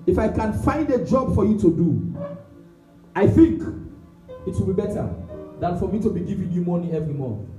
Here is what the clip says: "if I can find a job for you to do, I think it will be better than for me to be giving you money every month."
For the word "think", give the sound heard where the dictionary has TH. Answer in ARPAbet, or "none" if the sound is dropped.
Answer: TH